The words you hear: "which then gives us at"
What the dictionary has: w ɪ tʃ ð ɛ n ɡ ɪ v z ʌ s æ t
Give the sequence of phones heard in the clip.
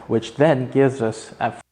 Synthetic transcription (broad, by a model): w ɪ tʃ ð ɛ n ɡ ɪ v z ʌ s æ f